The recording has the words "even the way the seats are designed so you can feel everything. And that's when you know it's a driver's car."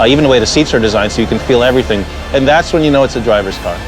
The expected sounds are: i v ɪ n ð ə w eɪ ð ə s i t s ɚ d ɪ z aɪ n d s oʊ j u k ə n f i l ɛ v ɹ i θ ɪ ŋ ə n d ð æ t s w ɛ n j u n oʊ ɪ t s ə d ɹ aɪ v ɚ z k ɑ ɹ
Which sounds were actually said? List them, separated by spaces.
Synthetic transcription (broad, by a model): i v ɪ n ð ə w eɪ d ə s i t s ɚ d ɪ z aɪ n s oʊ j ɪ k ə n f i l ɛ v ɹ i θ ɪ ŋ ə n ð æ t s w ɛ n j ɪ n oʊ ɪ t s ə d ɹ aɪ v ɚ z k ɑ ɹ